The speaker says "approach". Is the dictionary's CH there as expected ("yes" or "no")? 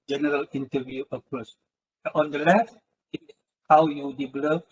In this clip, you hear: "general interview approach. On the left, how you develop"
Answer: no